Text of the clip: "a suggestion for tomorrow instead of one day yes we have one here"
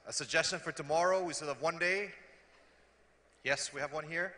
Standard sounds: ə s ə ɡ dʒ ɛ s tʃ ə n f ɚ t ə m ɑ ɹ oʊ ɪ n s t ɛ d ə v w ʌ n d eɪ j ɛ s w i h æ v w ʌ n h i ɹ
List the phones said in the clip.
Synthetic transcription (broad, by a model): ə s ə ɡ dʒ ɛ s tʃ ə n f ɚ t ə m ɑ ɹ oʊ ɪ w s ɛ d ə v w ʌ n d eɪ j ɛ s w i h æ v w ʌ n h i ɹ